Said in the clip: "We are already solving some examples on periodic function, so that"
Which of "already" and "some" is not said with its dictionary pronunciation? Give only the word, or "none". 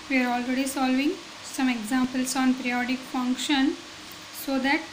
none